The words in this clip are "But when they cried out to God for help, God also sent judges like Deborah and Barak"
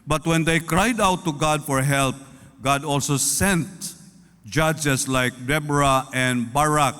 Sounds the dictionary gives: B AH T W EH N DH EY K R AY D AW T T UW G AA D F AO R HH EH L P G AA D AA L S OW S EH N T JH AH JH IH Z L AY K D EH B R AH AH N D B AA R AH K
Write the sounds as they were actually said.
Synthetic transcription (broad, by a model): B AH T W EH N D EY K R AY D AW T T UW G AA D F AO R HH EH L P G AA D AA L S OW S EH N T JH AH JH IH S L AY K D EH B R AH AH N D B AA R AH K